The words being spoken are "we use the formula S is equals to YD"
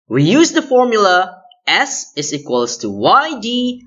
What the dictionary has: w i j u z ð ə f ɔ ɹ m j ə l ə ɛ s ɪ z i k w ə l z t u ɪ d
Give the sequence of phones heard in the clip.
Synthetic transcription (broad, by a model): w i j u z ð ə f ɔ ɹ m j ə l ə ɛ s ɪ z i k w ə l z t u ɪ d